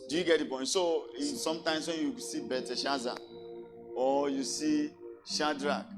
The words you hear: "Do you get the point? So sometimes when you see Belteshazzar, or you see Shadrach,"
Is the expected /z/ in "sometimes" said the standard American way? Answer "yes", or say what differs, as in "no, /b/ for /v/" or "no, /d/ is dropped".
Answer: no, /s/ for /z/